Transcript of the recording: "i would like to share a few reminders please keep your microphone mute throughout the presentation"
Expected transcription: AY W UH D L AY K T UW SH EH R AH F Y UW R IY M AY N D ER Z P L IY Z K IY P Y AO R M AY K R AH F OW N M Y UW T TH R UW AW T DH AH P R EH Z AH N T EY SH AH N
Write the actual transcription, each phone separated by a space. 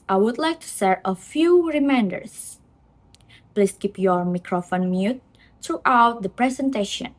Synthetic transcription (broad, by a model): AY W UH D L AY K T UW S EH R AH F Y UW R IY M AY N D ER S P L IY S K IY P Y AO R M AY K R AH F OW N M Y UW T R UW AW T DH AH P R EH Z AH N T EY SH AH N